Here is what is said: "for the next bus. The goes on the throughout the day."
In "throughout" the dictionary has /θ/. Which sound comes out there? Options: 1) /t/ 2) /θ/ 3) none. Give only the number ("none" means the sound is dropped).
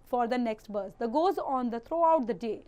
1